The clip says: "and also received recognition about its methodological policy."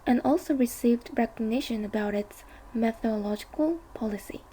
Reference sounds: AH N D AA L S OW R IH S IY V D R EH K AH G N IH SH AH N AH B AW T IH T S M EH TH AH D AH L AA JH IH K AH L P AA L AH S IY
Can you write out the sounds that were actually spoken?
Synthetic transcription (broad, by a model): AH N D AA L S OW R IH S IY V D R EH K AH G N IH SH AH N AH B AW T IH T S M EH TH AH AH L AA JH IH K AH L P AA L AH S IY